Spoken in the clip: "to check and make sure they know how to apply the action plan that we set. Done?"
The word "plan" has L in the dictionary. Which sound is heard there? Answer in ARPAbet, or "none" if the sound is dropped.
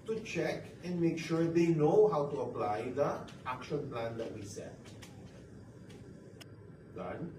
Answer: L